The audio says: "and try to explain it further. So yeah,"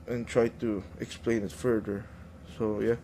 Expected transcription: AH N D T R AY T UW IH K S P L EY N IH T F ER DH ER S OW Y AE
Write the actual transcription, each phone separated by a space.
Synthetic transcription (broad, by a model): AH N T R AY T UW IH K S P L EY N IH T F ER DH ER S OW Y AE